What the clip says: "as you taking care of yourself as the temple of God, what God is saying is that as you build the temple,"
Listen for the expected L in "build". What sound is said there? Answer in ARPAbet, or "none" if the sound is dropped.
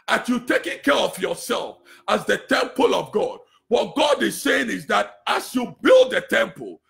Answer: L